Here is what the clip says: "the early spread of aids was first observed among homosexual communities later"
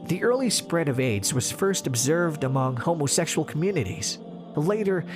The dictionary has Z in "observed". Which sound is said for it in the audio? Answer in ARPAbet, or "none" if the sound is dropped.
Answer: Z